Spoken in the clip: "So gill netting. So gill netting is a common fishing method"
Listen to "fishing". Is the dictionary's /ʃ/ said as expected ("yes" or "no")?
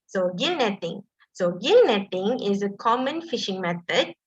yes